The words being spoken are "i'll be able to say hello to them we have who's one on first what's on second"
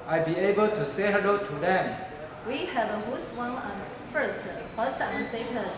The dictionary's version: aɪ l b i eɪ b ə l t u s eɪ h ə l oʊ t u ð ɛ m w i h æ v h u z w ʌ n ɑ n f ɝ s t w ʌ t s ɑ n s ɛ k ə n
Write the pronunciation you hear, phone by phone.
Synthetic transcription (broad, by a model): aɪ b i eɪ b ə l t u s eɪ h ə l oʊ t u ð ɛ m w i h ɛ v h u s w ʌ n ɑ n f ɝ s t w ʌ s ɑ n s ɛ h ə